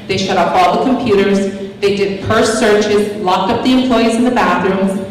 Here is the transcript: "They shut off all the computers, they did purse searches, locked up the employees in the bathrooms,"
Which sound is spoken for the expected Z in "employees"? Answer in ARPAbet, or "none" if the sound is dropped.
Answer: Z